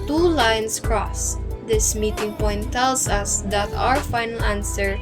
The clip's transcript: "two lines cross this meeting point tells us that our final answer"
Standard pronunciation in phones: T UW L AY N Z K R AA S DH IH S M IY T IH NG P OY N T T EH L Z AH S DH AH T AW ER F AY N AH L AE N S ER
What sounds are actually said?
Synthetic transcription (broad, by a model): T UW L AY N S K R AA S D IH S M IY T IH NG P OY N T T EH L S AH S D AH T AW ER F AY N AH L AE N S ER